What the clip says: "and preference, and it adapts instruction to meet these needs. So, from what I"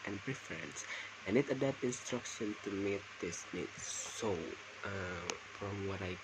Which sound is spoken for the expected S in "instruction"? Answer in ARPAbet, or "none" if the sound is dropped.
S